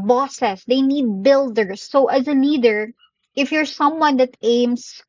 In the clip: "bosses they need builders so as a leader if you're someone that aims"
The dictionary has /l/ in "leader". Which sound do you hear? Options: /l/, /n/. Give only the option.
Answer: /n/